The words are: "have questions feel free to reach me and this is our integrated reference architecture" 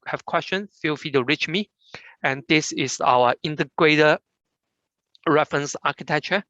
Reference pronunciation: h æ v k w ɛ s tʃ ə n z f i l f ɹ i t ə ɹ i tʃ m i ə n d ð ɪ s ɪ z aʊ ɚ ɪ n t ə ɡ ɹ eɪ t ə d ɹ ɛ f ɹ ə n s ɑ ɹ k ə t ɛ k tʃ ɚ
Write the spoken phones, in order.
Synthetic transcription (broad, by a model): h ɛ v k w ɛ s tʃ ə n f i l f i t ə ɹ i tʃ m i ə n d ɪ s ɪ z aʊ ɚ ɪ n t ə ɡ ɹ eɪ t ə ɹ ɛ f ɹ ə n s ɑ k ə t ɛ k tʃ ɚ